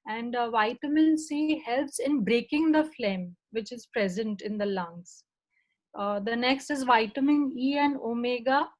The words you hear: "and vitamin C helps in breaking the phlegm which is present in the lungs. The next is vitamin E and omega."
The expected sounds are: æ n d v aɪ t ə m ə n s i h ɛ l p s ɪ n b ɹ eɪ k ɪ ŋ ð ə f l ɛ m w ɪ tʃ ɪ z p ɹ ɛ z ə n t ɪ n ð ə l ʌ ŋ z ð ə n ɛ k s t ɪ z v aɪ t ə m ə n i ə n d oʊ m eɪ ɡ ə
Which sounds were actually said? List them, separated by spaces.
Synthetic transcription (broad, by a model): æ n d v aɪ t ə m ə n s i h ɛ l p s ɪ n b ɹ eɪ k ɪ ŋ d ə f l ɛ m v ɪ tʃ ɪ z p ɹ ɛ z ə n t ɪ n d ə l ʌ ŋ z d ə n ɛ k s t ɪ z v aɪ t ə m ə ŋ i ə n d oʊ m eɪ ɡ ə